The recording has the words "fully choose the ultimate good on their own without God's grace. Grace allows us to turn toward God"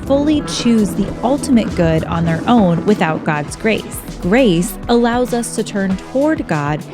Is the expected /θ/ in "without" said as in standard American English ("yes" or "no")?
yes